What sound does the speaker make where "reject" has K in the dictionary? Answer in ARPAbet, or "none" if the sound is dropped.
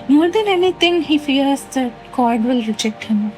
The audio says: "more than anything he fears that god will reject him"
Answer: K